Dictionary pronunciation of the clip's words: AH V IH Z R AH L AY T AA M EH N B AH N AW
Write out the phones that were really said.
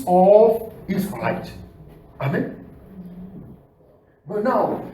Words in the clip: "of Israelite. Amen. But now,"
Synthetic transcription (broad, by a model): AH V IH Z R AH IH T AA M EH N B AH N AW